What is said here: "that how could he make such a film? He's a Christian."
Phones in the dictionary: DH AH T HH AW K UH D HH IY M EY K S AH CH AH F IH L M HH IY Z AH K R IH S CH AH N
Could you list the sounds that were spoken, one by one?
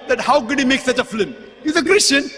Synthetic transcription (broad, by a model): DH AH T HH AW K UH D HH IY M EY K S AH CH AH F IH M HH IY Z AH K R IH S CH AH N